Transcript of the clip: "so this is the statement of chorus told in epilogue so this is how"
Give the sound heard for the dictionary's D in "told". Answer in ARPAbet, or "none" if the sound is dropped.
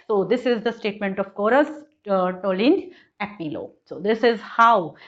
none